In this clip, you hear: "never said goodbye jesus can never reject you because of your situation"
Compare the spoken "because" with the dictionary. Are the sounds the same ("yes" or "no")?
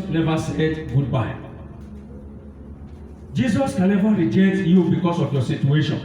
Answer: no